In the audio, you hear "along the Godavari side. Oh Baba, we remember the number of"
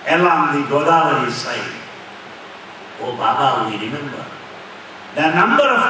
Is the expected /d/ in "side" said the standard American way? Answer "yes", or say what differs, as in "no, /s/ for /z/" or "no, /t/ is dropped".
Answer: no, /d/ is dropped